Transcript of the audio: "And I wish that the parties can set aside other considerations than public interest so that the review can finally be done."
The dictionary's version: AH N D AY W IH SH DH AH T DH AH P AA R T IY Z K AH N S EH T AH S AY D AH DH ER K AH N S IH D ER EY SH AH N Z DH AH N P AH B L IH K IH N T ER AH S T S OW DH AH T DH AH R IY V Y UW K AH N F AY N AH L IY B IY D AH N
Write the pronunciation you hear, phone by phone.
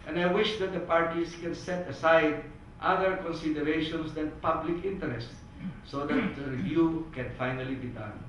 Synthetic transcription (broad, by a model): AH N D AY W IH SH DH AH T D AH P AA R T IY S K AH N S EH T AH S AY D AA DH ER K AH N S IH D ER EY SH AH N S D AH N P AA B L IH K IH N T ER AH S T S OW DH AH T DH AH R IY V Y UW K AH N F AY N AH L IY B IY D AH N